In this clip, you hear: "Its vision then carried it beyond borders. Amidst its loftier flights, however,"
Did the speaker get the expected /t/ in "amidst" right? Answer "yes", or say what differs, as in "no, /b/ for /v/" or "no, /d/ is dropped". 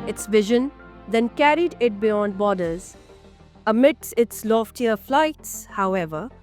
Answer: no, /t/ is dropped